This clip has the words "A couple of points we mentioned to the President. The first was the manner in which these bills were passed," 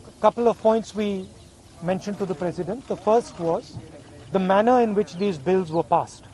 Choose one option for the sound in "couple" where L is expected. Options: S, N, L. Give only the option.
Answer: L